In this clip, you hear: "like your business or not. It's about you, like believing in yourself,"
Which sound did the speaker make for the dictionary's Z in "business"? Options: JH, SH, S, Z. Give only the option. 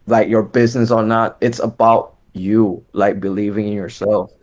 Z